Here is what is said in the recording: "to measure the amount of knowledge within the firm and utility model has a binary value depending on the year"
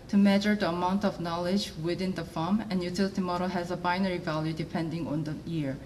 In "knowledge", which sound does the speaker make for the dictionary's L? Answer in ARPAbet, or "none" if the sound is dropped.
L